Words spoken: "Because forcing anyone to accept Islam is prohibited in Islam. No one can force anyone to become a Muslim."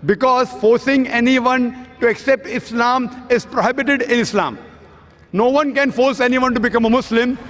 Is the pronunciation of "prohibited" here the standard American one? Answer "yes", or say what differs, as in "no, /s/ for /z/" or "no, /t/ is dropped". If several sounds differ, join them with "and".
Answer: yes